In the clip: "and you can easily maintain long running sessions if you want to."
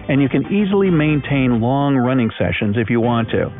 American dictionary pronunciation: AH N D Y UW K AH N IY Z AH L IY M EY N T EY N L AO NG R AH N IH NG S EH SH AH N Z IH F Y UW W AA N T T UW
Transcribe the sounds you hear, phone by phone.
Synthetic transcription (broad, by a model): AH N Y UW K AH N IY Z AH L IY M EY N T EY N L AO NG R AH N IH NG S EH SH AH N Z IH F Y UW W AA N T T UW